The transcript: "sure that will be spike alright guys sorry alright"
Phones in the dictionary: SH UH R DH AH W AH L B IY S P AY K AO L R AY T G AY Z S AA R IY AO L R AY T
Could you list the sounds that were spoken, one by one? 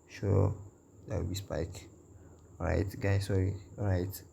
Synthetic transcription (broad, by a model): SH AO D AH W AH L B IY S P AY K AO R AY T G AY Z S AA R IY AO R AY T